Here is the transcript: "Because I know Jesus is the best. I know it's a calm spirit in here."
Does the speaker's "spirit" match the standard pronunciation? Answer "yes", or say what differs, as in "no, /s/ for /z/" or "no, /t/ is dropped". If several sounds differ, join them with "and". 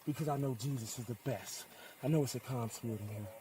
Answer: no, /t/ is dropped